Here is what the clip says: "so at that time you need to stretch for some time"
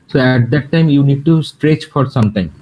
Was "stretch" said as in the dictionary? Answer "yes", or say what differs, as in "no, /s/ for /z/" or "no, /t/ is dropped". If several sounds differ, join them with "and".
yes